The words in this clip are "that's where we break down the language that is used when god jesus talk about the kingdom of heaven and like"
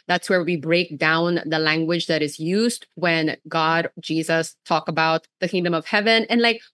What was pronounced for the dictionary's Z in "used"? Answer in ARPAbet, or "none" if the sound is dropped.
Z